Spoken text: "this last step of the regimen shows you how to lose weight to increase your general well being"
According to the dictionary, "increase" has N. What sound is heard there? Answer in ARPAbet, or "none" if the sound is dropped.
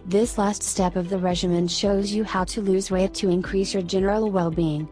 N